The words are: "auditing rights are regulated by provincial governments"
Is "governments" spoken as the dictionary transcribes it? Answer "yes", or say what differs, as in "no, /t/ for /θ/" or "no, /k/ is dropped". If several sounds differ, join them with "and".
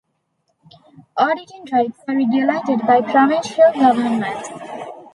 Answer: no, /s/ is dropped